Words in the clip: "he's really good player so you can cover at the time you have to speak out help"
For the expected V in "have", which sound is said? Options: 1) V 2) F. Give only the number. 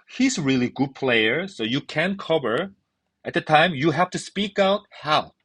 2